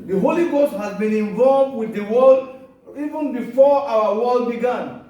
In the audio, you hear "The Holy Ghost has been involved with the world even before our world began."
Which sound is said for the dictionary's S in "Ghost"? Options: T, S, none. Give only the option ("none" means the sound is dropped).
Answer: S